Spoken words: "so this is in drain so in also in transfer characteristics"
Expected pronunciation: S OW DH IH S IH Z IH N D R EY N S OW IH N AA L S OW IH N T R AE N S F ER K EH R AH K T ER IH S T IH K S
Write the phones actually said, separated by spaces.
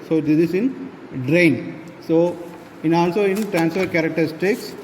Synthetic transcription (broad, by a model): S OW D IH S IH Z IH N D R EY N S OW IH N AA L S OW IH N T R AE N S F ER K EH R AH K T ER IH S T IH K S